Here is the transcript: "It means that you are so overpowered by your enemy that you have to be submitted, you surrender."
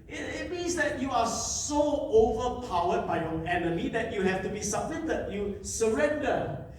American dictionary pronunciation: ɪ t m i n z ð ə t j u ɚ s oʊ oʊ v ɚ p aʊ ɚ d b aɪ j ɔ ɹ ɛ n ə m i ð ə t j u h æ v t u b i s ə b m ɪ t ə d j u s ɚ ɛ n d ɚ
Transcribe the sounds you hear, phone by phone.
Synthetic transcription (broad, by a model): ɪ t m i n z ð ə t j u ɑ s oʊ oʊ v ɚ p aʊ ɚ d b aɪ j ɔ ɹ ɛ n ə m i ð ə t j u h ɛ f t u b i s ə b m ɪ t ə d j u s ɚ ɛ n d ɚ